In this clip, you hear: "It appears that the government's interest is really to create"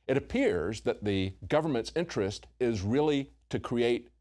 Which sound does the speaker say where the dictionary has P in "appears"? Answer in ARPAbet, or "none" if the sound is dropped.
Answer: P